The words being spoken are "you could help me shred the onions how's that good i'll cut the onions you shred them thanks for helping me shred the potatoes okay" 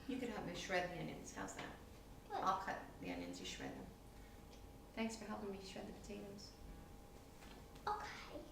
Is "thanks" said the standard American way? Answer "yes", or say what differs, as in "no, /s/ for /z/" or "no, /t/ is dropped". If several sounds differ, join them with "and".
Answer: yes